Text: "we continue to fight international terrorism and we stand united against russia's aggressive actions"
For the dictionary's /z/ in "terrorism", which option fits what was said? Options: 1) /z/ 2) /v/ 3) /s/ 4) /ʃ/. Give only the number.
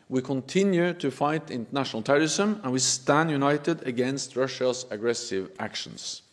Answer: 3